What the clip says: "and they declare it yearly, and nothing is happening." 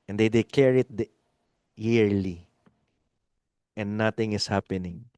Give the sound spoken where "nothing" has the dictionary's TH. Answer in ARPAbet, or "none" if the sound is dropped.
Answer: T